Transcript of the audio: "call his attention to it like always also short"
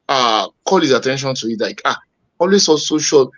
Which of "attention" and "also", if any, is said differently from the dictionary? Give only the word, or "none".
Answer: also